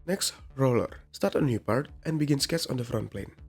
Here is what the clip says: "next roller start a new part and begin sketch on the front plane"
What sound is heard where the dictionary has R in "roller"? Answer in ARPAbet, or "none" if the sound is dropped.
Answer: R